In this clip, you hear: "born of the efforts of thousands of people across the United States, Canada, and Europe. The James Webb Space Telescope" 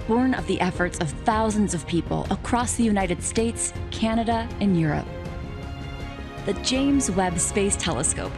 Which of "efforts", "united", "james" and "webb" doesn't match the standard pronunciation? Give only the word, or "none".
none